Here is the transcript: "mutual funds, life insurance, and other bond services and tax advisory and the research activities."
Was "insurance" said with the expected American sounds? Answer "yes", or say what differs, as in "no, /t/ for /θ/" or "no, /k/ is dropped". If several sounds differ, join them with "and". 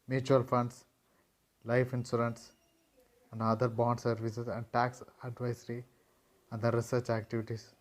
no, /s/ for /ʃ/